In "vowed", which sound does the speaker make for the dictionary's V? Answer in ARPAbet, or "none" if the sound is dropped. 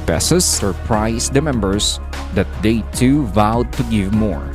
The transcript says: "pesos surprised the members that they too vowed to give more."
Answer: V